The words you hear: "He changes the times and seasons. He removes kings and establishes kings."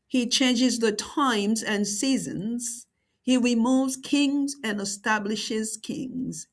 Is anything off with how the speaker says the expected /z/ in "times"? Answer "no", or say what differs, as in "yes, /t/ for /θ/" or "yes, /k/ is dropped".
no